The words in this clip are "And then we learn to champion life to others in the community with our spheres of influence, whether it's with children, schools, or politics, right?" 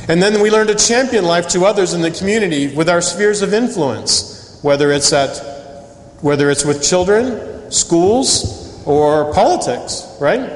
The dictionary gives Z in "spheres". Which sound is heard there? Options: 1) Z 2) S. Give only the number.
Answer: 1